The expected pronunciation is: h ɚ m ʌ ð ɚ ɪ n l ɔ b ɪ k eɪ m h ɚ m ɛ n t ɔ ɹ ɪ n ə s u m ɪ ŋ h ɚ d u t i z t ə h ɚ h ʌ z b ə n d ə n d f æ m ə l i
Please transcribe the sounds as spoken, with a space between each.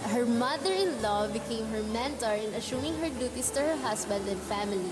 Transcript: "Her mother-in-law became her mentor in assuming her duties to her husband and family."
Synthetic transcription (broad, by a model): h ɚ m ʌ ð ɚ ɪ n l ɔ b ɪ k eɪ m h ɚ m ɛ n t ɔ ɹ ɪ n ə ʃ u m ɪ ŋ h ɚ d u t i s t ə h ɚ h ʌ s b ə n d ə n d f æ m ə l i